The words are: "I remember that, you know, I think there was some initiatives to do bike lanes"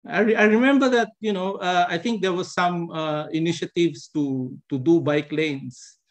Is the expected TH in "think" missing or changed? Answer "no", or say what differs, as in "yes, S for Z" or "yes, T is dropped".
yes, T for TH